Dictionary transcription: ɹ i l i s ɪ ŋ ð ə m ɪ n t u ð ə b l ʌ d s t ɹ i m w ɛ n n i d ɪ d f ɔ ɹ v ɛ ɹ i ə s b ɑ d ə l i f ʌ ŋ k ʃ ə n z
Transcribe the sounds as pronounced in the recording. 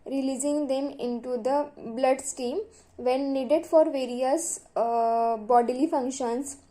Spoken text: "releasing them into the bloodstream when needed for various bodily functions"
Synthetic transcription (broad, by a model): ɹ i l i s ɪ ŋ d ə m ɪ n t u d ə b l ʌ d s t i m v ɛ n n i d ɪ d f ɔ ɹ v ɛ ɹ i ə s b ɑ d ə l i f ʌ ŋ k ʃ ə n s